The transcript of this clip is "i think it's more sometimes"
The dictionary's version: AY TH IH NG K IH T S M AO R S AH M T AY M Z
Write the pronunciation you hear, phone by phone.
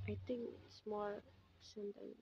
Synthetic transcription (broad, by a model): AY T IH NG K IH T S M AO R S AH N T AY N